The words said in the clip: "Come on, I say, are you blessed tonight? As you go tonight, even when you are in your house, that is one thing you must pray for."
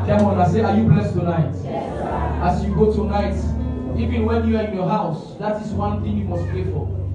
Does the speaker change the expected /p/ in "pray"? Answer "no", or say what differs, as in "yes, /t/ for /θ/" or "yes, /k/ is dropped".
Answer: no